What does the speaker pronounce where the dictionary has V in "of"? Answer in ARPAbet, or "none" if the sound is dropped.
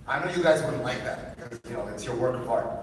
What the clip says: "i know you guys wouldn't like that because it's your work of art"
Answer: P